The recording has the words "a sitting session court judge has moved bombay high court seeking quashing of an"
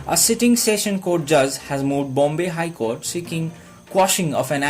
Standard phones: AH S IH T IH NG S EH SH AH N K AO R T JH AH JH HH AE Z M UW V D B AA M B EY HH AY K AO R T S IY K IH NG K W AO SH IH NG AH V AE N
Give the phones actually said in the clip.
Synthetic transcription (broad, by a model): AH S IH T IH NG S EH SH AH N K AO R T JH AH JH HH AE Z M UW V D B AA M B EY HH AY K AO R T S IY K IH NG K W AO SH IH NG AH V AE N